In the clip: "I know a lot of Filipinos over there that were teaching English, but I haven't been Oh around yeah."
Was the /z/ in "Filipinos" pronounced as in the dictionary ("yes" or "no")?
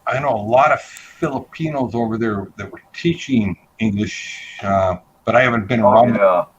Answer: yes